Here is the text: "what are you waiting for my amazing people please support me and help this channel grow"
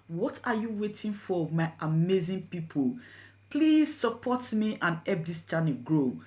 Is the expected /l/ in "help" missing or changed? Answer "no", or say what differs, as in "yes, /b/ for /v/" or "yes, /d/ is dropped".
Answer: yes, /l/ is dropped